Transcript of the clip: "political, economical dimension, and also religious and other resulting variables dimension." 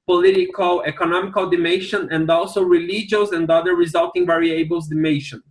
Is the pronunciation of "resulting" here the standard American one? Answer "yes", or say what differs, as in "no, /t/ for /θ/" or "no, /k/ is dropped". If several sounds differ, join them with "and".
yes